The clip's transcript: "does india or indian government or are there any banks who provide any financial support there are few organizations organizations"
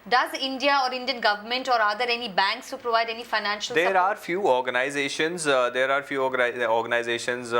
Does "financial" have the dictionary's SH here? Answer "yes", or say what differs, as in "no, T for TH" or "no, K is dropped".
yes